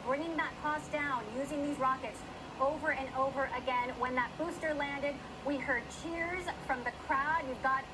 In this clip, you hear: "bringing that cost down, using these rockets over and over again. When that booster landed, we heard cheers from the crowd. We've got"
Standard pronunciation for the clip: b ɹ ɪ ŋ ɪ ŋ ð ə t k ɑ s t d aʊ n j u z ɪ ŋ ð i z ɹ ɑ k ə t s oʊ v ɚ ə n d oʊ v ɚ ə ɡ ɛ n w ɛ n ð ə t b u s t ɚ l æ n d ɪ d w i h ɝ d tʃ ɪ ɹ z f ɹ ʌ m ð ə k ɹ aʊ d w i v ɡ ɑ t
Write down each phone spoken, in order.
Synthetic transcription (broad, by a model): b ɹ ɪ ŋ ɪ ŋ ð ə t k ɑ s d aʊ n j u z ɪ ŋ ð i z ɹ ɑ k ə t s oʊ v ɚ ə n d oʊ v ɚ ə ɡ ɛ n w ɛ n ð ə t b u s t ɚ l æ n d ɪ d w i h ɝ d tʃ ɪ ɹ z f ɹ ʌ m ð ə k ɹ aʊ d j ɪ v ɡ ɑ t